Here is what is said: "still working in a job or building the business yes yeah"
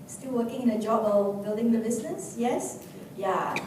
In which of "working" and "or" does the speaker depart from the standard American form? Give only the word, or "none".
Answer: or